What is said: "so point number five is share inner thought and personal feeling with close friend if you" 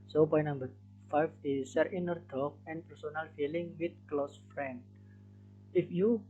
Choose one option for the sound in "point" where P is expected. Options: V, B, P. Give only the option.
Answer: B